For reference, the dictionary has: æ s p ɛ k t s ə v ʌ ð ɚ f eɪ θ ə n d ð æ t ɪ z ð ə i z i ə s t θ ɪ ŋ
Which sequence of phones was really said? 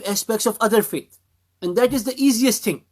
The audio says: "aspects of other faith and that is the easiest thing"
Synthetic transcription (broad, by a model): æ s p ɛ k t s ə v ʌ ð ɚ f eɪ t ə n d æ t ɪ z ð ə i z i ə s t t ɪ ŋ